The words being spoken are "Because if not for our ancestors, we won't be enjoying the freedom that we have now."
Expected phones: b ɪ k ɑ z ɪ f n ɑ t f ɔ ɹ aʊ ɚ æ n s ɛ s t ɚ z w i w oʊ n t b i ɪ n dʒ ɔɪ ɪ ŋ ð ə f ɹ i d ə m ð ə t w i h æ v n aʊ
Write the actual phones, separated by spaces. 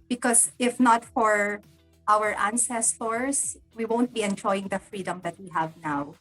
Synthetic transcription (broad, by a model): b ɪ k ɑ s ɪ f n ɑ t f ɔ ɹ aʊ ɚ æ n s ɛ s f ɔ s w i w oʊ n t b i ɪ n dʒ ɔɪ ɪ ŋ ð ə f ɹ i d ə m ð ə t w i h æ v n aʊ